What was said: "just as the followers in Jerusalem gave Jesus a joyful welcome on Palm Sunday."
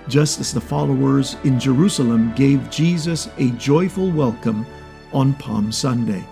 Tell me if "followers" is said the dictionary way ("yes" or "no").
yes